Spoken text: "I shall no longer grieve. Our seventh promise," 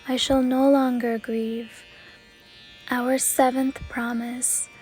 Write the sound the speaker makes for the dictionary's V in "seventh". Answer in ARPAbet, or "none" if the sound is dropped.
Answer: V